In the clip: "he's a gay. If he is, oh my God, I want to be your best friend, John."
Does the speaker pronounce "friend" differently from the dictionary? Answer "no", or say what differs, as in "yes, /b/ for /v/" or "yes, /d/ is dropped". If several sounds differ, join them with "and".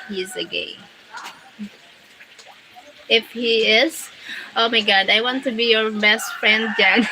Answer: no